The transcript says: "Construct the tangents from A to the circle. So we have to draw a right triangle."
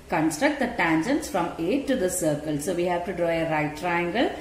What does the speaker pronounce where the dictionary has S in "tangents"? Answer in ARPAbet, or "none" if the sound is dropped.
S